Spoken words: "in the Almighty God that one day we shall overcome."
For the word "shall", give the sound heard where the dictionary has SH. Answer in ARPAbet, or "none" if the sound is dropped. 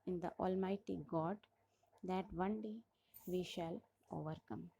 SH